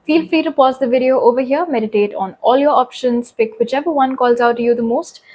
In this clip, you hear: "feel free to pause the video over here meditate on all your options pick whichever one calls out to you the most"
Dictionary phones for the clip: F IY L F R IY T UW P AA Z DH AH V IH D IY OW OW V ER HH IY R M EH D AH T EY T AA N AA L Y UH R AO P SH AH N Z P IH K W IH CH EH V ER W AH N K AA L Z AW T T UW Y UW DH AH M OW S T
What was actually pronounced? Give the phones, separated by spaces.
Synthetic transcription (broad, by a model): F IY L F IY T UW P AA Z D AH V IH D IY OW OW V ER HH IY R M EH D AH T EY T AA N AA L Y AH R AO P SH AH N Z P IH K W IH CH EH V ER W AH N K AA L Z AW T T UW Y UW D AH M OW S T